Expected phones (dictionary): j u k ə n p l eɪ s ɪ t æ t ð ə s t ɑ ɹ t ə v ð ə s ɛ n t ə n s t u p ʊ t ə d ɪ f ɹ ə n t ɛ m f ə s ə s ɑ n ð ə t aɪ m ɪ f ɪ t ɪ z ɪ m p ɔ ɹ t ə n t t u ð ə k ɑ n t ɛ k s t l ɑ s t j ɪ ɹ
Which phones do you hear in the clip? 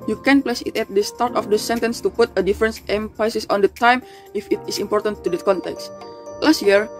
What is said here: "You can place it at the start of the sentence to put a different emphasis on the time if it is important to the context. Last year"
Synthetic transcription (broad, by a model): j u k ə n p l eɪ s ɪ t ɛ t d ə s t ɑ ɹ t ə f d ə s ɛ n t ə n s t u p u t ə d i f ɹ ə n t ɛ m p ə s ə s ɑ n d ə t aɪ m ɪ f ɪ t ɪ s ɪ m p ɔ ɹ t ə n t t u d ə k ɑ n t ɛ k s t l ɑ s t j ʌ ɹ